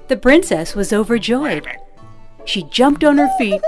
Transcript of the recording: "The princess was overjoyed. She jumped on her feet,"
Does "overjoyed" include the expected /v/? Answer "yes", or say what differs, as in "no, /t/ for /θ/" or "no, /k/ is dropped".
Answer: yes